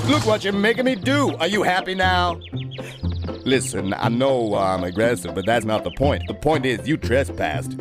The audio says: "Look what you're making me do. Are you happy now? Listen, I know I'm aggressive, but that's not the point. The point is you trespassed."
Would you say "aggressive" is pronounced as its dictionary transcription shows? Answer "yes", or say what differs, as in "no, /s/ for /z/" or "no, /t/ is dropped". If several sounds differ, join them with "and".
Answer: yes